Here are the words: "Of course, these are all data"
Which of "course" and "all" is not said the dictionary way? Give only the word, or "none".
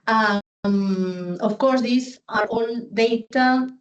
all